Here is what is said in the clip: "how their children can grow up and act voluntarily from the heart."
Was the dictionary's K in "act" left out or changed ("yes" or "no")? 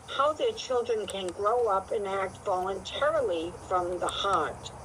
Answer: no